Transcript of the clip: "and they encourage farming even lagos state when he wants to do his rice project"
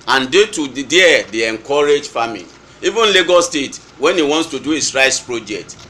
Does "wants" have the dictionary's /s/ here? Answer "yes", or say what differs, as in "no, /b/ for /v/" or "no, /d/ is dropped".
yes